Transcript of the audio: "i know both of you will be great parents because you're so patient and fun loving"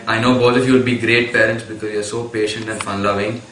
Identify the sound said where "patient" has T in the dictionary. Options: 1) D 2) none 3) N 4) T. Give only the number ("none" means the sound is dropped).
4